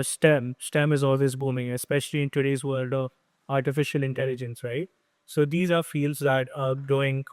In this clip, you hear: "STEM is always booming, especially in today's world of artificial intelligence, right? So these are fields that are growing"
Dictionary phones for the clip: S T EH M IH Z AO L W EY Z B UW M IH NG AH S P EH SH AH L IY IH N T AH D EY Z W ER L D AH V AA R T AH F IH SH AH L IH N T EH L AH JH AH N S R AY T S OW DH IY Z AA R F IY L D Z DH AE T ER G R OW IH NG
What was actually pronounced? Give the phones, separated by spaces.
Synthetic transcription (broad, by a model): S T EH M IH Z AO L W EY Z B UW M IH NG AH S P EH SH AH L IY IH N T AH D EY Z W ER L D AH V AA R T AH F IH SH AH L IH N T EH L AH JH AH N S R AY T S OW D IY Z AA R F IY L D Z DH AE T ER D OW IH NG